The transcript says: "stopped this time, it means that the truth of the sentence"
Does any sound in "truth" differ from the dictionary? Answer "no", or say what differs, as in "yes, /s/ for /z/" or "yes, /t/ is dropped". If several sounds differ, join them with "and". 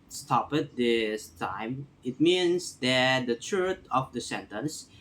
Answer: yes, /t/ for /θ/